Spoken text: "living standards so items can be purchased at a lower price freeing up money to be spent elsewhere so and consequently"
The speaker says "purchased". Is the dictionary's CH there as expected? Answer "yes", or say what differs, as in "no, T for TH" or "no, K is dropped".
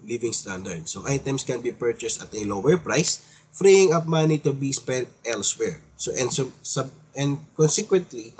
yes